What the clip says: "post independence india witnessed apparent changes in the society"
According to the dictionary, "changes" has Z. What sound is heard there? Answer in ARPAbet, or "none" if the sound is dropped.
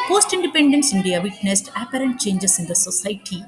S